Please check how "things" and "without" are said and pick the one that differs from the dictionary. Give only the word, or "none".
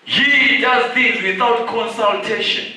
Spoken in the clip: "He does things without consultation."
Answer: things